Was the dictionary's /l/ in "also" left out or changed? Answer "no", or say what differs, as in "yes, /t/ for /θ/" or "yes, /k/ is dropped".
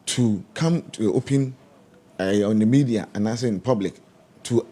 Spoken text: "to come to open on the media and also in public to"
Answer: yes, /l/ is dropped